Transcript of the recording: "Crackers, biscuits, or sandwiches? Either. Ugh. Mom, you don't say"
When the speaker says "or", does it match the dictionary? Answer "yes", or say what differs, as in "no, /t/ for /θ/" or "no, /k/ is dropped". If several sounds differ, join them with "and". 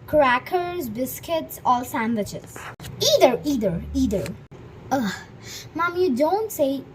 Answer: no, /l/ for /ɹ/